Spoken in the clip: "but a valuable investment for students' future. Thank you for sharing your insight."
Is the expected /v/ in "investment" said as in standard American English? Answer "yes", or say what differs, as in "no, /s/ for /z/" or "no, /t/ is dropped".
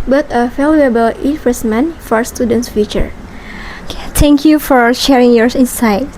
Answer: no, /f/ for /v/